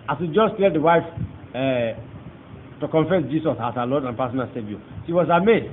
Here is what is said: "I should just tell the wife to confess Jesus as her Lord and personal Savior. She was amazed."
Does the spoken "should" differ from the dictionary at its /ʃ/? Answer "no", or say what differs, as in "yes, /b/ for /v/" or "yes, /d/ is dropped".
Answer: yes, /s/ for /ʃ/